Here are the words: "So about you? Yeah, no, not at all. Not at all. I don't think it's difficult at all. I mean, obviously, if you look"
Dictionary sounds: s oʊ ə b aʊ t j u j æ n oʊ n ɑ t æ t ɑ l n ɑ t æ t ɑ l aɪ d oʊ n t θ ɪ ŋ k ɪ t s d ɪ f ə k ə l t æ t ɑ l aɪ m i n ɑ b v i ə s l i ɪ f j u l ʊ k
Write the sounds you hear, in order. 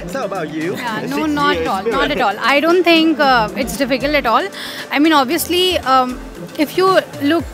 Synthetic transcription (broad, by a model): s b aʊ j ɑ n oʊ n ɑ t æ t ɑ l n ɑ t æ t ɑ l aɪ d oʊ n t t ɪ ŋ k ɪ t s d ɪ f ə k ə l t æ t ɑ l aɪ m i n ɑ b v i ə s l i ɪ f j u l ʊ k